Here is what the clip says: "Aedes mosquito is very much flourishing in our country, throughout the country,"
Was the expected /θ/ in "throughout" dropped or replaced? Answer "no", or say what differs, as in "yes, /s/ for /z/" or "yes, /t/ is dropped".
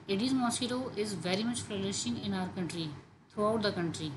yes, /t/ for /θ/